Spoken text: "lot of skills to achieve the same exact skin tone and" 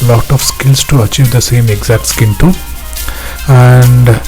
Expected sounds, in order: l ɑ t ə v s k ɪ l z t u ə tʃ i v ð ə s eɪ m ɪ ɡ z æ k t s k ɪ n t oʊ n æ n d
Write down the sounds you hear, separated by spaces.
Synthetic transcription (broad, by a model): l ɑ t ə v s k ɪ l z t u ə tʃ i v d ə s eɪ m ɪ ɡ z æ k t s k ɪ n t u æ n d